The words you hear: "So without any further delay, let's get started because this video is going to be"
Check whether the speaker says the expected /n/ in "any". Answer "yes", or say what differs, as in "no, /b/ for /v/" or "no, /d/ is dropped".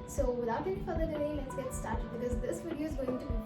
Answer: no, /n/ is dropped